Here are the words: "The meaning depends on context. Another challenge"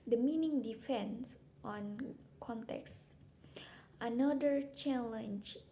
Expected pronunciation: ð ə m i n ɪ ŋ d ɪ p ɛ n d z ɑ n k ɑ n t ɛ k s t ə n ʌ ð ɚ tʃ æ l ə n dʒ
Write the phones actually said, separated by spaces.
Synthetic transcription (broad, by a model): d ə m i n ɪ ŋ d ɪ f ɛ n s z ɑ n k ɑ n t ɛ k s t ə n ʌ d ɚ tʃ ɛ l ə n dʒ